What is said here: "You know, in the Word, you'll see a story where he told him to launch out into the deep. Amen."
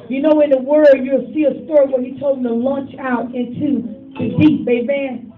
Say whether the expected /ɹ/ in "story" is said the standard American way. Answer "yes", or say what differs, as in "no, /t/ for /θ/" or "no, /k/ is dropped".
yes